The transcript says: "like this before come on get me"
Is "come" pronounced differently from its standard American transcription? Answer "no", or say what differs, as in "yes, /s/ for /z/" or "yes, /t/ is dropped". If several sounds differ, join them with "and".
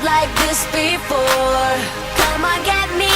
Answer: no